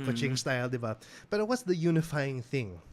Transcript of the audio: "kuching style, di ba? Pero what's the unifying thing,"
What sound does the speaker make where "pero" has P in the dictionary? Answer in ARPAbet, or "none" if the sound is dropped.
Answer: B